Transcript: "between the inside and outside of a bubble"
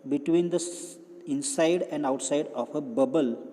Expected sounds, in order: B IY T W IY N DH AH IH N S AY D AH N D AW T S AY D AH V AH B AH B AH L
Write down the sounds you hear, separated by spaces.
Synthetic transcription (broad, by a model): B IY T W IY N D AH IH N S AY D AH N D AW T S AY D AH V AH B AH B AH L